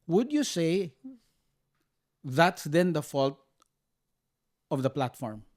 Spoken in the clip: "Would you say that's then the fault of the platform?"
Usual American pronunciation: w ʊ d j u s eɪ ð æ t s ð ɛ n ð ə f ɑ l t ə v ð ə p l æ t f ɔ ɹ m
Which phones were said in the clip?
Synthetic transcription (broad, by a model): w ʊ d j u s eɪ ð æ t s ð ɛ n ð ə f ɑ l t ə v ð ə p l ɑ t f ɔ ɹ m